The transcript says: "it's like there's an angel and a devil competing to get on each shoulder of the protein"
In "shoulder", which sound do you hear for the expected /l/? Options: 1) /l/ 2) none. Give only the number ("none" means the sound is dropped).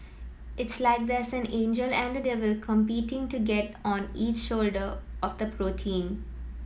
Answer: 1